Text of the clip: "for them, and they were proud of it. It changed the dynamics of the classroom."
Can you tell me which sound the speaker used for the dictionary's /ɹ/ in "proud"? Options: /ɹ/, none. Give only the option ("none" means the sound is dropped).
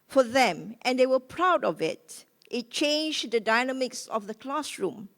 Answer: /ɹ/